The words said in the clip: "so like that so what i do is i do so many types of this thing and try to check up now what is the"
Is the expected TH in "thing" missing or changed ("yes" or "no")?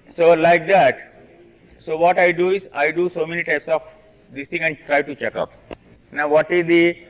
yes